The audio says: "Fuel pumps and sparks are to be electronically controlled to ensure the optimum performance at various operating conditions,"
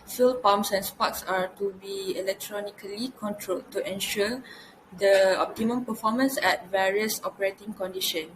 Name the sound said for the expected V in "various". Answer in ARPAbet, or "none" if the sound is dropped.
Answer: V